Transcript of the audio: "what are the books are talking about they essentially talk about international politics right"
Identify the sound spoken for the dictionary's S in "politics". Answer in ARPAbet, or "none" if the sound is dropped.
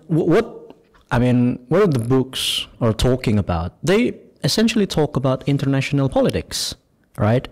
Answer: S